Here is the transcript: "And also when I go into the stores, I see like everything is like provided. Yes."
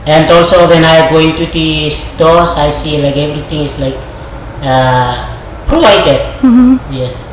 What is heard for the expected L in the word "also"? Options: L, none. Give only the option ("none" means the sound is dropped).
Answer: L